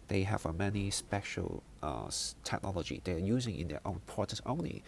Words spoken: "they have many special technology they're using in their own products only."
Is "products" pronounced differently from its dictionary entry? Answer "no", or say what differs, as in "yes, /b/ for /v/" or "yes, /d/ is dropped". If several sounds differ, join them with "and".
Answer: yes, /ɹ/ is dropped and /k/ is dropped